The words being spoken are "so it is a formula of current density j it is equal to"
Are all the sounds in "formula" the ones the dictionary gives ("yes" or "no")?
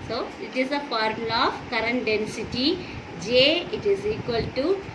no